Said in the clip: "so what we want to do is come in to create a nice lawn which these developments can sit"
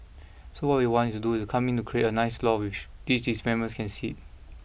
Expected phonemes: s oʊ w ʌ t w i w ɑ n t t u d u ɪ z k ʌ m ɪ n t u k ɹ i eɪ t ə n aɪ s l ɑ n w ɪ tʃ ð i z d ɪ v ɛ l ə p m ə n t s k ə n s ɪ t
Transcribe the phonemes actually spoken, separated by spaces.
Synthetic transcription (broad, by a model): s oʊ w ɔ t w i w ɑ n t t u d u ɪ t k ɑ m ɪ n t u k ɹ i eɪ t ə n aɪ s l ɑ w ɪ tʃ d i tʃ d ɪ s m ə m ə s k ə n s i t